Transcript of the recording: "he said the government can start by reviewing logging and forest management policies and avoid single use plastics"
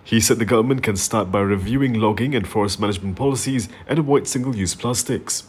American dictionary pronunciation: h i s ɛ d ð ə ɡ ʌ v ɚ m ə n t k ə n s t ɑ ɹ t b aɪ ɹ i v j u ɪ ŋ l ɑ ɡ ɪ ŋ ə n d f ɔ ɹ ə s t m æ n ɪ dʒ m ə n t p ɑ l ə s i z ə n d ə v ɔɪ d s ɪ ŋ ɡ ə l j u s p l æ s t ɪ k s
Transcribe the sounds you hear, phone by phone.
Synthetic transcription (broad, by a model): h i s ɛ d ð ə ɡ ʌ v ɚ m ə n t k ə n s t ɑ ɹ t b aɪ ɹ i v j u ɪ ŋ l ɑ ɡ ɪ ŋ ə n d f ɔ ɹ ə s t m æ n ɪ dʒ m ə n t p ɑ l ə s i z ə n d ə w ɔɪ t s ɪ ŋ ɡ ə l j u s p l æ s t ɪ k s